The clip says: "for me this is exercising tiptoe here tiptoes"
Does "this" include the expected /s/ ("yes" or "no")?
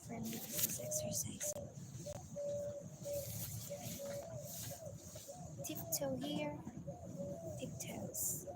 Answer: no